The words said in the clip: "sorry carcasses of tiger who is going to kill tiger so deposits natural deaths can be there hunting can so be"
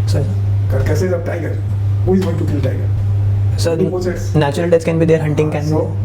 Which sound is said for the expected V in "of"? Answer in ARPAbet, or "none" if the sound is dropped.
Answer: B